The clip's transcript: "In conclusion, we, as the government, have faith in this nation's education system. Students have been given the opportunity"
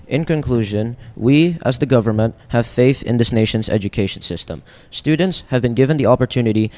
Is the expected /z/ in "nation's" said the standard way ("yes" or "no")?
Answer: yes